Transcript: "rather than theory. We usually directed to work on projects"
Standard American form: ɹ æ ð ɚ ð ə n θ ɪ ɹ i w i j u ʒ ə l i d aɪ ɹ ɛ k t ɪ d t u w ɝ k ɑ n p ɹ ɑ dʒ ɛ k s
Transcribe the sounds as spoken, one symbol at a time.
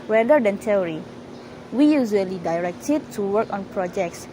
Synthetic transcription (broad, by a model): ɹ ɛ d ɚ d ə n t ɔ ɹ i w i j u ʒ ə l i d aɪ ɹ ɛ k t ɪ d t u w ɝ k ɑ n p ɹ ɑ dʒ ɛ k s